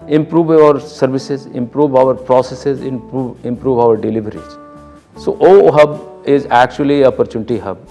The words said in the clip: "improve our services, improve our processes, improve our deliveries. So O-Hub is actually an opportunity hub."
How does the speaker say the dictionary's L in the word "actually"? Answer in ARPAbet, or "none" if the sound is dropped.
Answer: none